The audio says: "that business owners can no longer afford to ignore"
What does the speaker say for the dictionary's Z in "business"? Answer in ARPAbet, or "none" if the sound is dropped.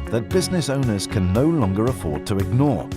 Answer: Z